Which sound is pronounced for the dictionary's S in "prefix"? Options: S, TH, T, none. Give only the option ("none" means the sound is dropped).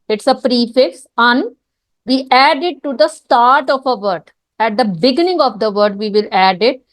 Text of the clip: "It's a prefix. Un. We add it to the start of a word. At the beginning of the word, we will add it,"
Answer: S